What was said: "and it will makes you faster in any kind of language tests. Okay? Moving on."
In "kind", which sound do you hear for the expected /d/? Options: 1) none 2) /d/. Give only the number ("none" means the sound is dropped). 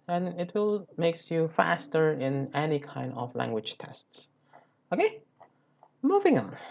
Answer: 2